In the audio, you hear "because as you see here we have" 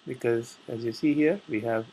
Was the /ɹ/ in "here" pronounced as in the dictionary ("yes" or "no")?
yes